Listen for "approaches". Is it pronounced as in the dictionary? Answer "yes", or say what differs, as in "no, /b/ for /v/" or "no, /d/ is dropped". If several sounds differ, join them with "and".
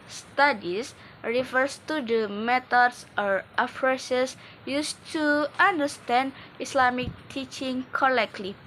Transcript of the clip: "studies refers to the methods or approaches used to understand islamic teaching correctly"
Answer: no, /f/ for /p/ and /s/ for /tʃ/ and /s/ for /z/